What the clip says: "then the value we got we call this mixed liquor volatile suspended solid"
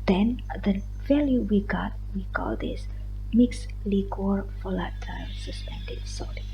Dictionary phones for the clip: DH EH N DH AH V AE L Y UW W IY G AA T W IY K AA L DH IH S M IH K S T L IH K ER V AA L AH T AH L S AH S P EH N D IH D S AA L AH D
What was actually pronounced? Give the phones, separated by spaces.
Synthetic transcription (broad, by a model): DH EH N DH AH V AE L Y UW W IY G AA T W IY K AA L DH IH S M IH K S L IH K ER F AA L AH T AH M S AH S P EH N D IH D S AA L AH